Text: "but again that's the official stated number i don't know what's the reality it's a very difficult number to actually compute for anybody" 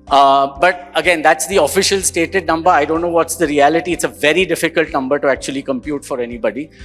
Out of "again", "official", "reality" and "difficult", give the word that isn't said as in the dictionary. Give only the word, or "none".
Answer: none